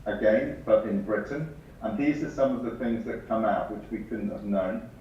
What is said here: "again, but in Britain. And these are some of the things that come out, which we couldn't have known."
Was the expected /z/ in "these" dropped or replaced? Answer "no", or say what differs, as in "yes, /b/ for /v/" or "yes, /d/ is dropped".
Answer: no